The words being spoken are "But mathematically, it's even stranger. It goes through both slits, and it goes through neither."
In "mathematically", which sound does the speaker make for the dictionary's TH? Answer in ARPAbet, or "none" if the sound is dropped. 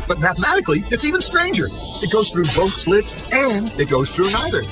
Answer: TH